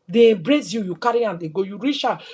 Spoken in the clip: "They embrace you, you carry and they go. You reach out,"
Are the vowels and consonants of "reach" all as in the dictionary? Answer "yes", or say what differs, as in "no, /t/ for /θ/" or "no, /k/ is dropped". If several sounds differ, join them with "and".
no, /ʃ/ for /tʃ/